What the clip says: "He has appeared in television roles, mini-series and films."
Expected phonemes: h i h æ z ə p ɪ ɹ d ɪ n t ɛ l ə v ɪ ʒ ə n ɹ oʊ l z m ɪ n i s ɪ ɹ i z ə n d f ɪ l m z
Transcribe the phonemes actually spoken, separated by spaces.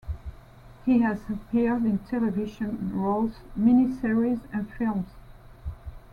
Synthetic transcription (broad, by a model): h i h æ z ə p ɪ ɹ d ɪ n t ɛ l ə v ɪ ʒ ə n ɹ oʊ l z m ɪ n i s ɪ ɹ i z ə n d f ɪ l m z